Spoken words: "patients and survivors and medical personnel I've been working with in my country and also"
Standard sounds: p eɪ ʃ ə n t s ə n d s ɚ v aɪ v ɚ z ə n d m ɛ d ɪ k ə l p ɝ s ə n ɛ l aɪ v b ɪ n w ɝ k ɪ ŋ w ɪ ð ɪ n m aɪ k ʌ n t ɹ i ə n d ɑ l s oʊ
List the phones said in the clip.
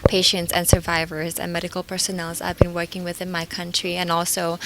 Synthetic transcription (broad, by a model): p eɪ ʃ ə n t s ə n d s ɚ v aɪ v ɚ z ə n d m ɛ d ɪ k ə l p ɝ s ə n ɛ l aɪ v b ɪ n w ɝ k ɪ ŋ w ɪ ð ɪ n m aɪ k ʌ n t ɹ i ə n ɑ l s oʊ